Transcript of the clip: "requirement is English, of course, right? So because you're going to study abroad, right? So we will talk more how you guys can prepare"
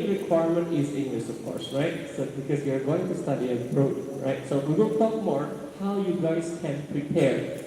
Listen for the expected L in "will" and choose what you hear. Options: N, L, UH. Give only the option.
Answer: N